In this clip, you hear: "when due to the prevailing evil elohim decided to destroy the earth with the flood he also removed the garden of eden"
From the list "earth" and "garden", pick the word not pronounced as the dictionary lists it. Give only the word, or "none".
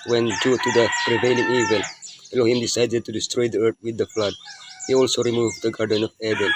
earth